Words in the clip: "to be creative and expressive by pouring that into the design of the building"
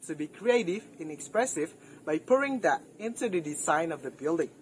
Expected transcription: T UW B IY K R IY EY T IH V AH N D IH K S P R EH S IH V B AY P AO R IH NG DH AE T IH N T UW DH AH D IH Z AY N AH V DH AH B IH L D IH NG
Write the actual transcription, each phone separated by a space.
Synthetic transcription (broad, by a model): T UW B IY K R IY EY T IH V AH N IH K S P R EH S IH V B AY P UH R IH NG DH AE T IH N T UW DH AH D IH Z AY N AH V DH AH B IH L D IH NG